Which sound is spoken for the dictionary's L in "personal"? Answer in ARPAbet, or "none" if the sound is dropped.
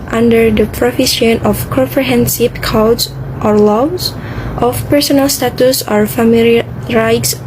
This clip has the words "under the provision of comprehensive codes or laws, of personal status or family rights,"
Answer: L